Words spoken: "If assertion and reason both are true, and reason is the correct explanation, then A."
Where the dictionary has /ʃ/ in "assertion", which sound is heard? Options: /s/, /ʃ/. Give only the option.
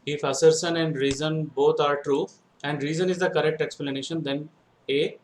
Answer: /s/